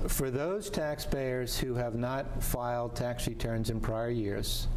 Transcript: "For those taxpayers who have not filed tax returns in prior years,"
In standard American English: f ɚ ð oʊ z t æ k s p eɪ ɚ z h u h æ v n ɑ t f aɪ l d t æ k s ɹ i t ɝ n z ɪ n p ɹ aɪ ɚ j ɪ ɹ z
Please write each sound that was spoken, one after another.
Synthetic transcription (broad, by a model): f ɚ ð oʊ z t æ k s p eɪ ɚ z h u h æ v n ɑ t f aɪ l d t æ k s ɹ i t ɝ n z ɪ n p ɹ aɪ ɚ j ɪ ɹ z